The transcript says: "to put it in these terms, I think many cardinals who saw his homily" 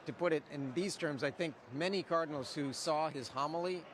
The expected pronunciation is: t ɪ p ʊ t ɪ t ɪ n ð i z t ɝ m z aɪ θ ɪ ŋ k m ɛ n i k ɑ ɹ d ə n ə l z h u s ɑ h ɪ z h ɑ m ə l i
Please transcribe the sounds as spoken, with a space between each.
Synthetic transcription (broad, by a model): t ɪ p ʊ t ɪ t ɪ n ð i z t ɝ m z aɪ θ ɪ ŋ k m ɛ n i k ɑ ɹ d n l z h u s ɑ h ɪ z h ɑ m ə l i